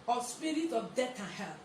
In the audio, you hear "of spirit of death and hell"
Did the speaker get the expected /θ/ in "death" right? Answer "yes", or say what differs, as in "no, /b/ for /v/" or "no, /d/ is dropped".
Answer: no, /t/ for /θ/